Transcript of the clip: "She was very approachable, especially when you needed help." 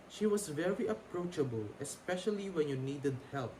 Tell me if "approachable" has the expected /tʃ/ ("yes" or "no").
yes